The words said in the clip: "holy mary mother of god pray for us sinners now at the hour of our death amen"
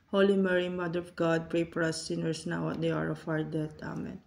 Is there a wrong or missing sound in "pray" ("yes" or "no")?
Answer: no